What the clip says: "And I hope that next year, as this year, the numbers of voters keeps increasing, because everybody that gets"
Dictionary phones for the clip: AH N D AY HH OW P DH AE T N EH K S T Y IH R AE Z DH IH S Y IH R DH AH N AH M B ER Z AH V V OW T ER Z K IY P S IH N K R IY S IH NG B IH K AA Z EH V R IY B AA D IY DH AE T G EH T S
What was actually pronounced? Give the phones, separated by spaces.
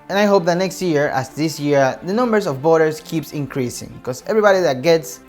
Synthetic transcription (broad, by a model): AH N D AY HH OW P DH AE T N EH K S T Y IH R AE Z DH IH S Y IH R DH AH N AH M B ER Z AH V B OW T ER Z K IY P S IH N K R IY S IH NG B K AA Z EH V R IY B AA D IY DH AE T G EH T S